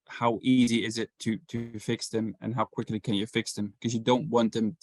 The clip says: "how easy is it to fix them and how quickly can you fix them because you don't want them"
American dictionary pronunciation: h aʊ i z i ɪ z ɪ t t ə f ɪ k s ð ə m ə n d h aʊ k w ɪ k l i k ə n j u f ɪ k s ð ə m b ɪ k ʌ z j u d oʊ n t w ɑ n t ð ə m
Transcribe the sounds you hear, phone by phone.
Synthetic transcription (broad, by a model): h aʊ i z i ɪ z ɪ t t ə f ɪ k s ð ə m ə n h aʊ k w ɪ k l i k ə n j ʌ f ɪ k s ð ə m k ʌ z j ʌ d oʊ n t w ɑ n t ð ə m